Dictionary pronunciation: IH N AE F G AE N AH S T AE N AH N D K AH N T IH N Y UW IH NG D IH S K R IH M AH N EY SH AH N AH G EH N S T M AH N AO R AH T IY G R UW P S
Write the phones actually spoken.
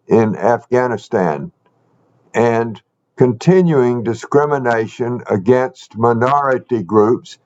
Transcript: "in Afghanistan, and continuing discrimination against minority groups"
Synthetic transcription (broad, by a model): IH N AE F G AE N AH S T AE N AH N K AH N T IH N Y UW IH NG D IH S K R IH M AH N EY SH AH N AH G EH N S T M AH N AO R AH T IY G R UW P S